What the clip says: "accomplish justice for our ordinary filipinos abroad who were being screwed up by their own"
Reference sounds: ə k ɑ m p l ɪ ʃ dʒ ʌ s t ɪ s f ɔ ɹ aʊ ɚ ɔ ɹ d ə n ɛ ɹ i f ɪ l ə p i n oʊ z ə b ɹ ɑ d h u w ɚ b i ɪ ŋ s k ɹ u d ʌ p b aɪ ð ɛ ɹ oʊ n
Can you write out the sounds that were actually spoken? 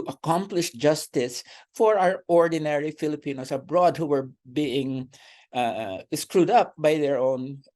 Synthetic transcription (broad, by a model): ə k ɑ m p l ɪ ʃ dʒ ʌ s t ɪ s f ɔ ɹ aʊ ɚ ɔ ɹ d ə n ɛ ɹ i f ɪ l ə p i n oʊ s ə b ɹ ɑ d h u w ɚ b i ɪ ŋ s k ɹ u d ʌ p b aɪ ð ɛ ɹ oʊ n